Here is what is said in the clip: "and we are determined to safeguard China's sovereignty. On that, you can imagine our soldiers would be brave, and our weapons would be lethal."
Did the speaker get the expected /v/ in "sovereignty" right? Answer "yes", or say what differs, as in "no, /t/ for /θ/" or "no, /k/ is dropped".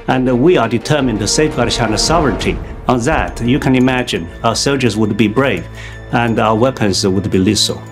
yes